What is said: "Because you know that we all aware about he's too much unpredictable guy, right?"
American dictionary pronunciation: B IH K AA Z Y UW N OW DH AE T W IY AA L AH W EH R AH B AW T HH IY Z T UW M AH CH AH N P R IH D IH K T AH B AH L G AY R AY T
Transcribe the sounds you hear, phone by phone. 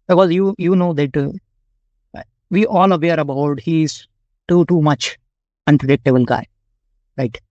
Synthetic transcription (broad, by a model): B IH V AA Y Y UW N OW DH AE T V IY AA L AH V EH R AH B AW T HH IY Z T UW M AH CH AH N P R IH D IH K T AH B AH N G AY R AY T